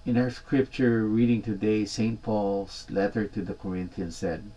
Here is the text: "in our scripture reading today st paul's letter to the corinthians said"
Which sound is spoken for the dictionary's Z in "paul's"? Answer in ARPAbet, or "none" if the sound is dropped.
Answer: S